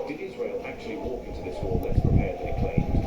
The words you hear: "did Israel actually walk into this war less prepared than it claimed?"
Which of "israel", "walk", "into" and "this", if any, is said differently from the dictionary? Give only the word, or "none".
none